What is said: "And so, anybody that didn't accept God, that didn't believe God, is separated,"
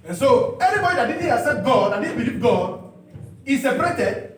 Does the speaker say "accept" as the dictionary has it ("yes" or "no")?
no